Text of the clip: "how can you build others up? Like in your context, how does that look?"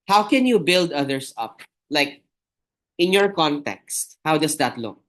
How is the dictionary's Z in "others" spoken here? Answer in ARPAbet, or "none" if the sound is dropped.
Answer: S